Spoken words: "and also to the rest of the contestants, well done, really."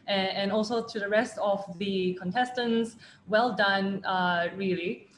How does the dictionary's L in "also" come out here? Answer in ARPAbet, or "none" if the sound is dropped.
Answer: L